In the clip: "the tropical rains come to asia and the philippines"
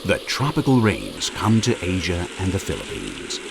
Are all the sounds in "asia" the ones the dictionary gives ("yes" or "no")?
yes